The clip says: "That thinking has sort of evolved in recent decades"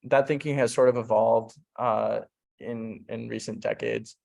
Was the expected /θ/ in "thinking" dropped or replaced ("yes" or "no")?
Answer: no